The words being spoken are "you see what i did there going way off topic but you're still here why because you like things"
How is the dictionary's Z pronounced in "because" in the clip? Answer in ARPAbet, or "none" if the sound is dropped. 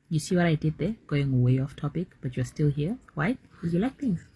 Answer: none